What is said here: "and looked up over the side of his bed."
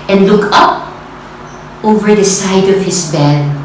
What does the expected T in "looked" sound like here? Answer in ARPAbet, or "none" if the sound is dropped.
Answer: none